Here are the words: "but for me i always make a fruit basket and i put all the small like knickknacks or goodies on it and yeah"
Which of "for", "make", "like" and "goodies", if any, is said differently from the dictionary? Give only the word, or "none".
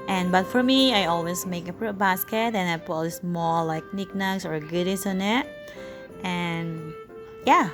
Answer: goodies